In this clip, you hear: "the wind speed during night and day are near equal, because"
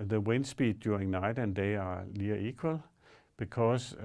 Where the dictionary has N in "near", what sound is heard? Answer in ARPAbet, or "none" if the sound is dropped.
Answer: L